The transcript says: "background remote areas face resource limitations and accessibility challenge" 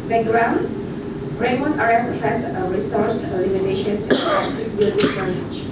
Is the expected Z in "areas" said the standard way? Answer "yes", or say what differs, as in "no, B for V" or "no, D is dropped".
no, Z is dropped